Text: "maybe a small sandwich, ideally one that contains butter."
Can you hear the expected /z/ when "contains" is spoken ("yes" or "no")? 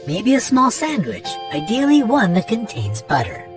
yes